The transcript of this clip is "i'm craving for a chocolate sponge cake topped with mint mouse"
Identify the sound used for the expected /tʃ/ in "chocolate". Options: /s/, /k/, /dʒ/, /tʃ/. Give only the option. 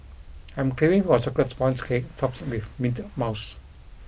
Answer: /s/